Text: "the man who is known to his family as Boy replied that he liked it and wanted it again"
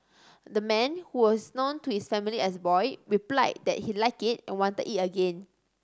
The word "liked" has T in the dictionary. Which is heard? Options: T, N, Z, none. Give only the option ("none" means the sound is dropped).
none